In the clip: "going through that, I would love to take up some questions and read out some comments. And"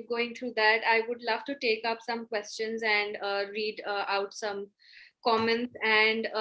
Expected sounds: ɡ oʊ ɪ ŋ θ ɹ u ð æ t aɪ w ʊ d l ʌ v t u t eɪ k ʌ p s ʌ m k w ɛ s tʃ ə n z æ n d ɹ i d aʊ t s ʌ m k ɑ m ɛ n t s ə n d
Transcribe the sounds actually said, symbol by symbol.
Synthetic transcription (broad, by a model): ɡ oʊ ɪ ŋ t ɹ u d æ t aɪ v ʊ d l ʌ v t u t eɪ k ʌ p s ʌ m k w ɛ s tʃ ə n z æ n d ɹ i d aʊ t s ʌ m k ɑ m ɛ n t s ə n d